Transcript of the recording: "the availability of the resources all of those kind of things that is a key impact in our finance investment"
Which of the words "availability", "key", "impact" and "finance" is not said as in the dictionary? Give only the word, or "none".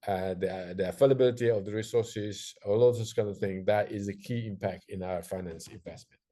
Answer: availability